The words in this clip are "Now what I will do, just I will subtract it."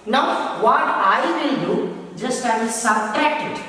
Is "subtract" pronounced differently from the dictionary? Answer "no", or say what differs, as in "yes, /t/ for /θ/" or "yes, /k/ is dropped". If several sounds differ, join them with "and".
yes, /ɹ/ is dropped